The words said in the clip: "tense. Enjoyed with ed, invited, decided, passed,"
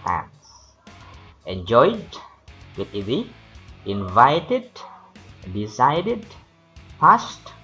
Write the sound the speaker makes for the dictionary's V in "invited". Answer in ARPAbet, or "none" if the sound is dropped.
V